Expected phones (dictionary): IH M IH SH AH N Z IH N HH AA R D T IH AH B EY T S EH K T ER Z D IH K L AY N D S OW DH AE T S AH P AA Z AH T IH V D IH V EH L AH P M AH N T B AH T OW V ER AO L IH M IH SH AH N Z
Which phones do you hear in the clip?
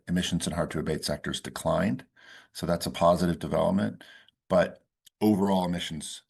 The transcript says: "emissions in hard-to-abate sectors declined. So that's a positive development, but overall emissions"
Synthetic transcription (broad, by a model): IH M IH SH N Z IH N HH AA R D T IH AH B EY T S EH K T ER Z D IH K L AY N D S OW DH AE T S AH P AA Z AH T IH V D IH V EH L AH P M AH N T B AH T OW V ER AO L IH M IH SH N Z